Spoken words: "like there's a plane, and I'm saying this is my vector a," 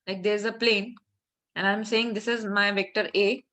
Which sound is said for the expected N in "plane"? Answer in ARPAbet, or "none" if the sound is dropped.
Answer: N